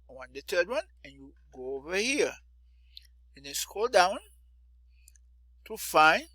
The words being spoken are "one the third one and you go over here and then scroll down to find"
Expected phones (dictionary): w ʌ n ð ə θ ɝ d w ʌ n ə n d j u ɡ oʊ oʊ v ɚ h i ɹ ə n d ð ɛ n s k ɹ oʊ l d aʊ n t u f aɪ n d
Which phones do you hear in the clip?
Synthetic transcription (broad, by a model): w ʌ n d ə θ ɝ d w ʌ n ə n j u ɡ oʊ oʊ v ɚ h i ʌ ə n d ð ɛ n s k oʊ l d aʊ n t u f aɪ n